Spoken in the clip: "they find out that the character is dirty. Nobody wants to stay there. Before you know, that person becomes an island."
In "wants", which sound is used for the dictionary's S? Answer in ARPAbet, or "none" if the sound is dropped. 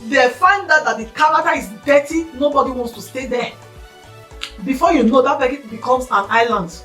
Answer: S